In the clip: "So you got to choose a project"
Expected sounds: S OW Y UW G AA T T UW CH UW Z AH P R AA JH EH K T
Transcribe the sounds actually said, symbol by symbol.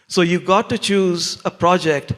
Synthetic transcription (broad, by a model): S OW Y UW G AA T T UW CH UW Z AH P R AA JH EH K T